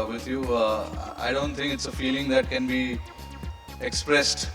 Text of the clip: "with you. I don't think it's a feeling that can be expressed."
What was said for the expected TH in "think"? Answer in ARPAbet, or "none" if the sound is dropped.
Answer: T